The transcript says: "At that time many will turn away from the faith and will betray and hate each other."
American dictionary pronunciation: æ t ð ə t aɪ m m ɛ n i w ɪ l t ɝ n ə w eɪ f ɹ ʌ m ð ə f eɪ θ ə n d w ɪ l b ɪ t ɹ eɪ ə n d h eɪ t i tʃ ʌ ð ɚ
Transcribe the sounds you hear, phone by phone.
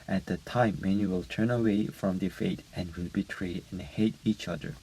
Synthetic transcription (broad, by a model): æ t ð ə t aɪ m m ɛ n i w ɪ l t ɝ n ə w eɪ f ɹ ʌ m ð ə f eɪ t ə n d w ɪ l b ɪ t ɹ eɪ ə n h eɪ t i tʃ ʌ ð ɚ